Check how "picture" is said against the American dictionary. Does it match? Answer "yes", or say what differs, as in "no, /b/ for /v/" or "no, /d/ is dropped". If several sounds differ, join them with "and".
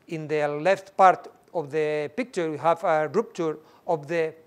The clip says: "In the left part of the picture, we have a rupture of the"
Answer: yes